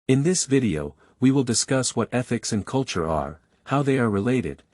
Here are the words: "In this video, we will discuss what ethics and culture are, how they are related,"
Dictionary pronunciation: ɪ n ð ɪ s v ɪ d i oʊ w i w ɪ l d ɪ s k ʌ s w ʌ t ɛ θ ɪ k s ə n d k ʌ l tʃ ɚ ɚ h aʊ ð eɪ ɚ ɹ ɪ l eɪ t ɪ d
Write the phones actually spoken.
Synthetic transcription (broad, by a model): ɪ n ð ɪ s v ɪ d i oʊ w i w ɪ l d ɪ s k ʌ s w ʌ t ɛ θ ɪ k s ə n k ʌ l tʃ ɚ ɚ h aʊ ð eɪ ɚ ɹ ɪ l eɪ t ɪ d